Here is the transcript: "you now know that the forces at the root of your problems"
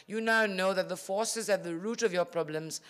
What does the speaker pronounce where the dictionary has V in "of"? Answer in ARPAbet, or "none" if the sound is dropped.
V